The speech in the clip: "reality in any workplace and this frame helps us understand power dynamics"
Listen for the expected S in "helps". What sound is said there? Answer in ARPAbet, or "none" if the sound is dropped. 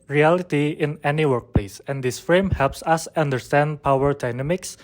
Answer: S